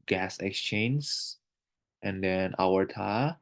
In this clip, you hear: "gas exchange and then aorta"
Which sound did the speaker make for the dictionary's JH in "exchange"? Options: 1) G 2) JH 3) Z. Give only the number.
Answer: 3